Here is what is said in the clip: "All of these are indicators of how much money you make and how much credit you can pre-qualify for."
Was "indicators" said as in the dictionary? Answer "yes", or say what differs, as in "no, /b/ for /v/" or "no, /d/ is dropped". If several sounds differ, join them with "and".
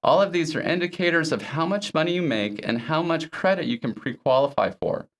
yes